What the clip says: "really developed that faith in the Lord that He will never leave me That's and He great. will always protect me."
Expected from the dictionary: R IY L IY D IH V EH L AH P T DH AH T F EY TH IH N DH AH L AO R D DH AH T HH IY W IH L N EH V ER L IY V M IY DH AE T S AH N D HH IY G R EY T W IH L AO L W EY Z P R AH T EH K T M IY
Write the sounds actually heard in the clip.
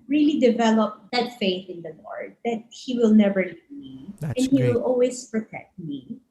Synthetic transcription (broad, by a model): R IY L IY D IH V EH L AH P DH AH T F EY TH IH N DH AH L AO R D DH AH T HH IY W IH L N EH V ER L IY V M IY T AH N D HH IY W IH L AO L W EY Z P R AH T EH K T M IY